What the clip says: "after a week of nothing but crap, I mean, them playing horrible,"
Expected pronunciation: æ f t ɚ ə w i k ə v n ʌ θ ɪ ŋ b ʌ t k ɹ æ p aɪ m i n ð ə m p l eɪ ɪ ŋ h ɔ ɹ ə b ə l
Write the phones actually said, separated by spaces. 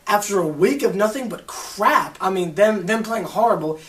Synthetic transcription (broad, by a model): æ f t ɚ ə w i k ə v n ʌ θ ɪ ŋ b ʌ t k ɹ æ p aɪ m i n ð ə m p l eɪ ɪ ŋ h ɔ ɹ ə b l